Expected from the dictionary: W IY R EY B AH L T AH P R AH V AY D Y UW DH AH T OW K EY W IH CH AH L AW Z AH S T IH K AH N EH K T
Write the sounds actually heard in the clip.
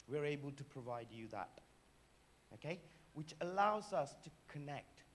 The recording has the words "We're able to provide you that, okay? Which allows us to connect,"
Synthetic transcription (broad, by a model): W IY R EY B AH L T AH P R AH V AY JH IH DH AH T OW K EY W IH CH AH L AW Z AH S T IH K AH N EH K T